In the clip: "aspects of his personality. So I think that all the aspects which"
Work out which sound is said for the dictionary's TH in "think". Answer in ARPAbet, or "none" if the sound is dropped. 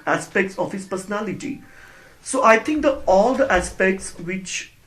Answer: T